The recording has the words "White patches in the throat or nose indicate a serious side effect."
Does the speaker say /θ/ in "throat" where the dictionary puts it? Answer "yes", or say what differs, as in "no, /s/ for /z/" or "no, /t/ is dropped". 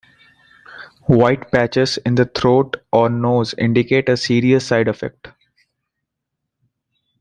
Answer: no, /t/ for /θ/